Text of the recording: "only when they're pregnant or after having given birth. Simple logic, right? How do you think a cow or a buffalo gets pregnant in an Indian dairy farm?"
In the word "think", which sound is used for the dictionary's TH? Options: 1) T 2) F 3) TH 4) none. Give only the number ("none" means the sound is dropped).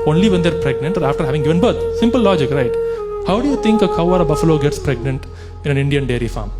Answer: 1